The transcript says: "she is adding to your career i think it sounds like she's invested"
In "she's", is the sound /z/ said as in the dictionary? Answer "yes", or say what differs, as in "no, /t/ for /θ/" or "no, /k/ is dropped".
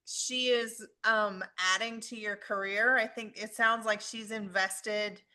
yes